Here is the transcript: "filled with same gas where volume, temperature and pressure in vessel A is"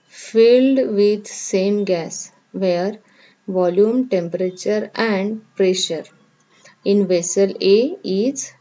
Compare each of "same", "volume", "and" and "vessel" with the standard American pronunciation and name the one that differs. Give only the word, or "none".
none